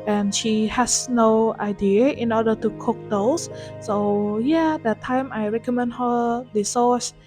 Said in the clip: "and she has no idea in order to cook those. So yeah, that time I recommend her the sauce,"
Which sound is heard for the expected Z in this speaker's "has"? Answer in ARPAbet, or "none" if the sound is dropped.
S